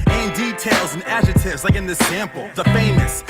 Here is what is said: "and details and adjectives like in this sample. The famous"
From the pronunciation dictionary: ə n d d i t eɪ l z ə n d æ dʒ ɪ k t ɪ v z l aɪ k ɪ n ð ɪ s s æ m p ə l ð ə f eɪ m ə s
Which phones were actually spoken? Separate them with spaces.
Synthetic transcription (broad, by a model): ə n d d i t eɪ l z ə n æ dʒ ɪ t ɪ v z l aɪ k ɪ n ð ɪ s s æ m p l ð ə f eɪ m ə s